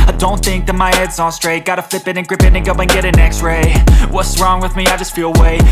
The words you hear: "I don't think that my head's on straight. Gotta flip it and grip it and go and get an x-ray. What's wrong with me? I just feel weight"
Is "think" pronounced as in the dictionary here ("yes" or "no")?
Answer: yes